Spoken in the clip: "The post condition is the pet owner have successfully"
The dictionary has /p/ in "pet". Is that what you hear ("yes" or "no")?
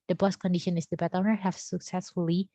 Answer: no